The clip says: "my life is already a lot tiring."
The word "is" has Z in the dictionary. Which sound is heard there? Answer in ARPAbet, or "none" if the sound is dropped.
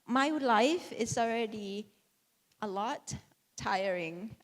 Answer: S